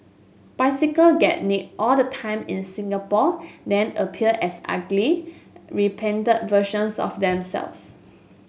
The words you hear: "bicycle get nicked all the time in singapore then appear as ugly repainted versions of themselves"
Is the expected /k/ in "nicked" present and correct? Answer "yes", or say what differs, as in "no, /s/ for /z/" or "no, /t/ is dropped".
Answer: no, /k/ is dropped